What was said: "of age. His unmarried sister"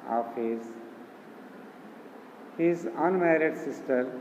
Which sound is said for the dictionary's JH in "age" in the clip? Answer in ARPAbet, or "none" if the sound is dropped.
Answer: Z